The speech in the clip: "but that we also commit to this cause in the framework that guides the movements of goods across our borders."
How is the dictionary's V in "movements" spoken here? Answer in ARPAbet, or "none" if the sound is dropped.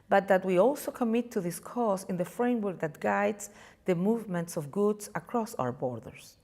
V